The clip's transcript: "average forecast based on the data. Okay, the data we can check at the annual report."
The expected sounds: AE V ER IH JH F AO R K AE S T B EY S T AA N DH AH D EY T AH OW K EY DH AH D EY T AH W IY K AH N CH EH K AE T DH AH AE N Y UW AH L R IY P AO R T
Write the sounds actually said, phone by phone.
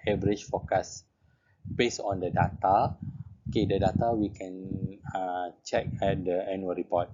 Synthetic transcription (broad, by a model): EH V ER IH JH F AO K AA S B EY S AA N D AH D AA T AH OW K EY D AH D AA T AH W IY K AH N CH EH K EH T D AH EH N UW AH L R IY P AO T